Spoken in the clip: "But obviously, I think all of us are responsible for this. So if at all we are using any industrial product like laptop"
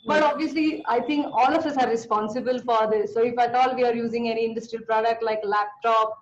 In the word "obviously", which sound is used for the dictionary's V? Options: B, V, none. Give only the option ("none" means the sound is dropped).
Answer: V